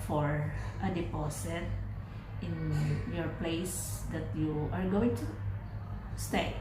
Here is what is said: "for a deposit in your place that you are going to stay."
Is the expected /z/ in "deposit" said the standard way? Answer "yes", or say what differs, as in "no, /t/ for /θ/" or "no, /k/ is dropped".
no, /s/ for /z/